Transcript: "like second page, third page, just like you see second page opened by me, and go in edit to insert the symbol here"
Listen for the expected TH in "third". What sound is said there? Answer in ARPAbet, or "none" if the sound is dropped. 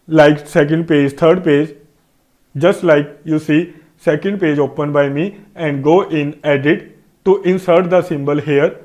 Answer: T